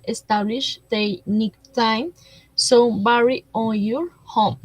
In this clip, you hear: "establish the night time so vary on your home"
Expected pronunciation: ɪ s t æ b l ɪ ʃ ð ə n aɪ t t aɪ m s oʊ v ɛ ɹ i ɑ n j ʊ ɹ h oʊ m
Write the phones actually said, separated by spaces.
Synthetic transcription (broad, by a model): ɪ s t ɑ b l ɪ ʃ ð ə n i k t aɪ m s oʊ b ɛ ɹ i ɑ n j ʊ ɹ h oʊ m